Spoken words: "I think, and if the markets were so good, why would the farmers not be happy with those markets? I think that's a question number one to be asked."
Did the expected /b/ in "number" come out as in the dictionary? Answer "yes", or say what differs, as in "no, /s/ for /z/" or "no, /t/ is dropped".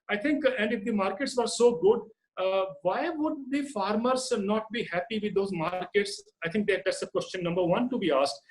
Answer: yes